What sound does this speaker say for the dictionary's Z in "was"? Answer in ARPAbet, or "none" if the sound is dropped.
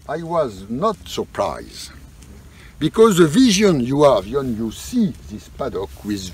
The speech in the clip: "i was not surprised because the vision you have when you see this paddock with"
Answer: Z